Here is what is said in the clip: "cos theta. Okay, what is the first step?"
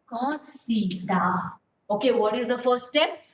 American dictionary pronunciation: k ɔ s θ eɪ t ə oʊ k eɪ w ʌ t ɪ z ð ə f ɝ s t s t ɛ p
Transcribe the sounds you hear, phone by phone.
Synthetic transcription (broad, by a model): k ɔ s t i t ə oʊ k eɪ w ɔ t ɪ z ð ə f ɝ t s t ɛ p